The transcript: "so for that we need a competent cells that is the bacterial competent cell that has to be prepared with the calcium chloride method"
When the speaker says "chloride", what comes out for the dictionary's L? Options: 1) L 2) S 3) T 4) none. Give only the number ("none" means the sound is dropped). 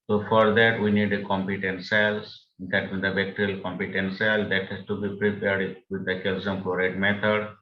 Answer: 4